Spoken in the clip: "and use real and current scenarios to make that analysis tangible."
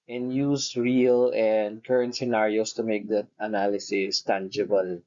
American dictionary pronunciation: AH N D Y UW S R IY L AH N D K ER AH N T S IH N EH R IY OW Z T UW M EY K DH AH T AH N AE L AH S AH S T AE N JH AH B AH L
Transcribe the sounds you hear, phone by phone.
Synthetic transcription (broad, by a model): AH N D Y UW S R IY L AH N D K ER AH N T S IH N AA R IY OW S T UW M EY K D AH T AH N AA L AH S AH S T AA N JH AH B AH L